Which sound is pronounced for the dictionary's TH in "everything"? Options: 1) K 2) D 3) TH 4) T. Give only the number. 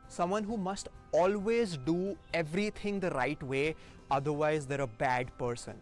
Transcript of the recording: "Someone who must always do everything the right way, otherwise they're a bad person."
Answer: 4